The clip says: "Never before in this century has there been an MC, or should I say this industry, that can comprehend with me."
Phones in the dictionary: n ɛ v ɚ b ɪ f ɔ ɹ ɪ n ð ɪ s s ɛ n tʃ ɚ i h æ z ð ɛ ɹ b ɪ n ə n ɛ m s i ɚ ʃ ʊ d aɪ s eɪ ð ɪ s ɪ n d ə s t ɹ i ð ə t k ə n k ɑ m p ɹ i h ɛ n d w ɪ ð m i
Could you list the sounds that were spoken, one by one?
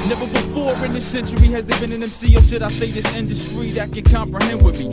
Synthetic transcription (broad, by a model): n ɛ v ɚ b ɪ f ɔ ɹ ɪ n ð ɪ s s ɛ n tʃ ɚ i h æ z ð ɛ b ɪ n ə n ɛ m s i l s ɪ d aɪ s eɪ ð ɪ s ɪ n d ə s t ɹ i ð ə t k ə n k ɑ m p ɹ i h ɛ n d w ɪ ð m i